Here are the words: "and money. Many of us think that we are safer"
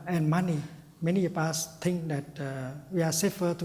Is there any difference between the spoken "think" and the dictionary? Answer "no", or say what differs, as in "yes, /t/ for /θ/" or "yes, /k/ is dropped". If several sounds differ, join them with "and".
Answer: yes, /t/ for /θ/